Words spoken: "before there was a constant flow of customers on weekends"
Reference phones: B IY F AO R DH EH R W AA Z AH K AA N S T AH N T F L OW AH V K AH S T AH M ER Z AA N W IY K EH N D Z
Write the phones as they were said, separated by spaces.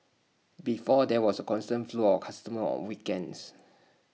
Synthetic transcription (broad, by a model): B IY F AO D EH W AA S AH K AA N S T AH N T F L OW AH F K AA S T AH M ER AA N W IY K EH N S